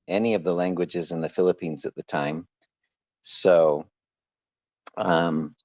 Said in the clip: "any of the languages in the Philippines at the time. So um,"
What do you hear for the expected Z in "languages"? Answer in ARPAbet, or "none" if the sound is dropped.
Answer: Z